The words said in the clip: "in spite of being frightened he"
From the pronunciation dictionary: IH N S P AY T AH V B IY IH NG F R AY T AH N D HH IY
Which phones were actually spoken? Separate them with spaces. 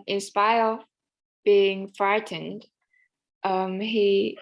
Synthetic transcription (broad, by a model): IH N S P AY AH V B IY IH NG F R AY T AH N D HH IY